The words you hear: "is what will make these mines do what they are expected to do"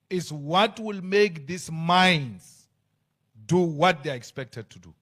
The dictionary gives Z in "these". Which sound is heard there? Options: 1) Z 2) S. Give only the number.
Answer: 2